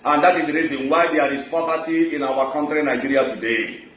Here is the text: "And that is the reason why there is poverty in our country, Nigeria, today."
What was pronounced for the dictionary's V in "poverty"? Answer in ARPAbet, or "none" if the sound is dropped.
P